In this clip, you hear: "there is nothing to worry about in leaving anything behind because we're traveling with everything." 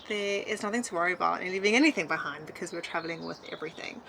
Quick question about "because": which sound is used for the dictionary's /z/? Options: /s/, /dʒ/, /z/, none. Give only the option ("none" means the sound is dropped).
/z/